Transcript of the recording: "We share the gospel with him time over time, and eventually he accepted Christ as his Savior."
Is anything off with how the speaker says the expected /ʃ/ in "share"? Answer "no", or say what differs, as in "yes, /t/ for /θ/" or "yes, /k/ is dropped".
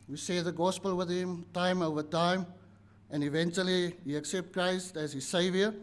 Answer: yes, /s/ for /ʃ/